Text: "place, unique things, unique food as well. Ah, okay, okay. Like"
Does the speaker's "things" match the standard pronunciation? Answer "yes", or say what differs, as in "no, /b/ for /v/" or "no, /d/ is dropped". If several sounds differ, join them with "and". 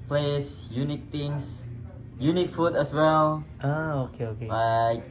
no, /t/ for /θ/ and /s/ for /z/